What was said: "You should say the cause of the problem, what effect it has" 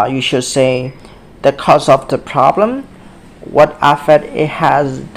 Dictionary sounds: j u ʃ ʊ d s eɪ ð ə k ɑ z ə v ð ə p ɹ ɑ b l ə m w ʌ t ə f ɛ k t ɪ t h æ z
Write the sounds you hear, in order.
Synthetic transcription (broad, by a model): j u ʃ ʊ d s eɪ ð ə k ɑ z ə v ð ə p ɹ ɑ b l ə m w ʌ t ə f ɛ t ɪ t h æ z